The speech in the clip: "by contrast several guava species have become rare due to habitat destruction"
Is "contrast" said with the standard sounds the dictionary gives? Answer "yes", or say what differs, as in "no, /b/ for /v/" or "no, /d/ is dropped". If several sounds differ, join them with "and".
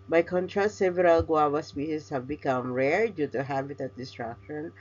no, /s/ is dropped